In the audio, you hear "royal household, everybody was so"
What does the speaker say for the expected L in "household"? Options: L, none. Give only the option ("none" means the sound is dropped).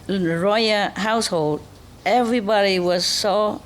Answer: L